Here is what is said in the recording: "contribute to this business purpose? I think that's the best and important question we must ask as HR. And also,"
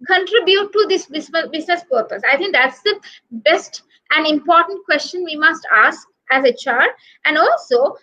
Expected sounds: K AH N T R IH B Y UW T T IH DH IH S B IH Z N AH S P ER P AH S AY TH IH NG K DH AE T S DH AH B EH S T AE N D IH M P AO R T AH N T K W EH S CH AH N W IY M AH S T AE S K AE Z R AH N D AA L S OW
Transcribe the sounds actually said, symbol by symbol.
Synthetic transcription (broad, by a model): K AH N T R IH B Y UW T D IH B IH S B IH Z N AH S P ER P AH S AY T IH NG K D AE T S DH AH B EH S T AE N D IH M P AO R T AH N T K W EH S CH AH N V IY M AH S T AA S K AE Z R AH N D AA L S OW